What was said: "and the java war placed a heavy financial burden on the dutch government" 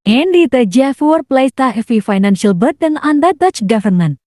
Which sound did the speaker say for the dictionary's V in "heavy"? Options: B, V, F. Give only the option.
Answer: F